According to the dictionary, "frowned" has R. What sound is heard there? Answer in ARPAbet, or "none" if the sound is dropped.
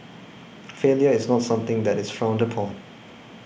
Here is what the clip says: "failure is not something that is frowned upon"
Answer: R